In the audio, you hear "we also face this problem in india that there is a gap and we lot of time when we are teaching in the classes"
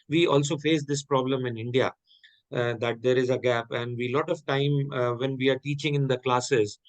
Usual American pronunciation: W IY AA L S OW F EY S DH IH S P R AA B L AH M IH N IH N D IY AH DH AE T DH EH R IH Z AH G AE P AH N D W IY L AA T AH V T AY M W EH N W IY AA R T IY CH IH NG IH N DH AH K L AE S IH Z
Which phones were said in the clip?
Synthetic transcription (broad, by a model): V IY AA L S OW F EY S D IH S P R AA B L AH M IH N IH N D IY AH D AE T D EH R IH Z AH G AE P AH N D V IY L AA T AH V T AY M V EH N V IY AA R T IY CH IH NG IH N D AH K L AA S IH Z